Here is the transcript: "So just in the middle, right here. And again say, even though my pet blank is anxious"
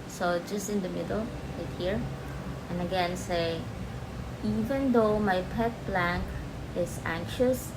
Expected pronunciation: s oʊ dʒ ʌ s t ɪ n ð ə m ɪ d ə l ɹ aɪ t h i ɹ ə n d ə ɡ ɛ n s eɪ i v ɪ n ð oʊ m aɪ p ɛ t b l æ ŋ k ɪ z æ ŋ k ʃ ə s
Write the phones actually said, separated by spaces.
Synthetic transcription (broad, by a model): s oʊ dʒ ʌ s t ɪ n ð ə m ɪ d ə l l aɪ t h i ɹ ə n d ə ɡ ɛ n s eɪ i v ɪ n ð oʊ m aɪ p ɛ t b l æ ŋ k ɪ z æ ŋ k ʃ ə s